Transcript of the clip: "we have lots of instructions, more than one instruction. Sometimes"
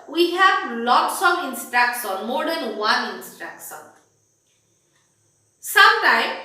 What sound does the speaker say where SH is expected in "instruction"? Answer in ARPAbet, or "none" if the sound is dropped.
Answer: S